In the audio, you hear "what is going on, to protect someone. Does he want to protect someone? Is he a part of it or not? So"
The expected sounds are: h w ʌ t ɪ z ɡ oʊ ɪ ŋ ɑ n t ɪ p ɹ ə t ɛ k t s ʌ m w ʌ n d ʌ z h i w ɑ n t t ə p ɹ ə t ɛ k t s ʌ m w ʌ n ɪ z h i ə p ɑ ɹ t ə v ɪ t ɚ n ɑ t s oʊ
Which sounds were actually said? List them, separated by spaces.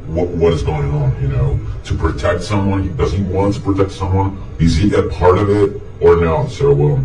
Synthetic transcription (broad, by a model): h w ʌ t ɪ z ɡ oʊ ɪ ŋ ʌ n t ɪ p ɹ ə t ɛ k t s ʌ m w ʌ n d ʌ z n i w ɑ n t t ə p ɹ ə t ɛ k t s ʌ m w ʌ n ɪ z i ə p ɑ ɹ t ə v ɪ t ɚ n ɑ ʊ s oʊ